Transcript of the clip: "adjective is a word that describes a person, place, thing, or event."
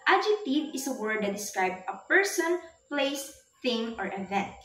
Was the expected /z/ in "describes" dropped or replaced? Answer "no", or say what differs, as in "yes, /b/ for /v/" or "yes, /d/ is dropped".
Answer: yes, /z/ is dropped